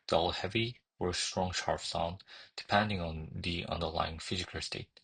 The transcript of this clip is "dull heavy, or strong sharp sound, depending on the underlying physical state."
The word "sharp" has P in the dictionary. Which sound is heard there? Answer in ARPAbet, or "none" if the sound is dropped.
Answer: F